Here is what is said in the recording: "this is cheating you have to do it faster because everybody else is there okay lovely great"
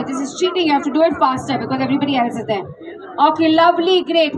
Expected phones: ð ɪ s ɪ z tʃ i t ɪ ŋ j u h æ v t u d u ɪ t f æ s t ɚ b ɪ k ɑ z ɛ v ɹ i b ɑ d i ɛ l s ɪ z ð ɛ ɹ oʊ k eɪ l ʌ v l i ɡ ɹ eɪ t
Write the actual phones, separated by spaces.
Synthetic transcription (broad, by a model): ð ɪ s ɪ z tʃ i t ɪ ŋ j u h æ f t u d u ɪ t f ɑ s t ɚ b ɪ k ɑ z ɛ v ɹ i b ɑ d i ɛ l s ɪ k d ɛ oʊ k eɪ l ʌ v l i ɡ ɹ eɪ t